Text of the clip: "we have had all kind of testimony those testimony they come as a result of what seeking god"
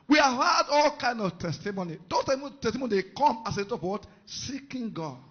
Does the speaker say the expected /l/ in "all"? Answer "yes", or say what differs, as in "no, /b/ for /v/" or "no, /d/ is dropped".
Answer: yes